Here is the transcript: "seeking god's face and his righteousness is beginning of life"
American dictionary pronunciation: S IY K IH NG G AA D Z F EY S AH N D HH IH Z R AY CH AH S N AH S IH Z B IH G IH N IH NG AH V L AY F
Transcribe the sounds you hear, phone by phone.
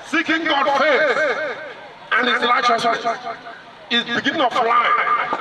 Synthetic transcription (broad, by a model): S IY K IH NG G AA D F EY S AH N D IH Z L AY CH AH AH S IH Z B IH G IH N IH NG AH F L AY